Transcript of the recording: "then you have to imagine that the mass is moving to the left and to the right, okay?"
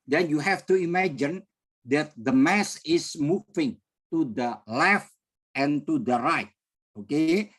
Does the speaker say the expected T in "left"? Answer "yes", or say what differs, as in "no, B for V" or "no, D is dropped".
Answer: yes